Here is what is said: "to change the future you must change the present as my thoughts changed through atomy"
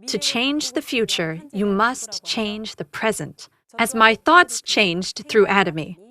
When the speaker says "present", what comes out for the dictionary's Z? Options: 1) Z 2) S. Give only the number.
1